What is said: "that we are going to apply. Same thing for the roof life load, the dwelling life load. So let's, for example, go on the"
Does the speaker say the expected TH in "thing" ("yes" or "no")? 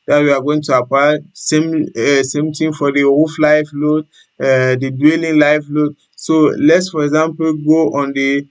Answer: no